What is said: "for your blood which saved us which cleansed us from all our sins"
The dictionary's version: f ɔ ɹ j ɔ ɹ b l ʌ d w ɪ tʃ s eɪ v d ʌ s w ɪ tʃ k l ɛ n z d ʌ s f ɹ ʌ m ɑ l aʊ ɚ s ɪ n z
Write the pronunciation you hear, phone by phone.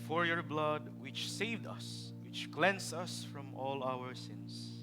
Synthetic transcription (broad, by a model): f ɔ ɹ j ɔ ɹ b l ʌ d w ɪ tʃ s eɪ v d ʌ s w ɪ tʃ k l ɛ n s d ʌ s f ɹ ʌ m ɑ l aʊ ɚ s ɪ n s